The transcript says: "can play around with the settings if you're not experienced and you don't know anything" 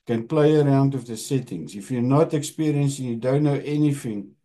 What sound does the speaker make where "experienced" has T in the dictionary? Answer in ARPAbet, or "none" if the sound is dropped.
none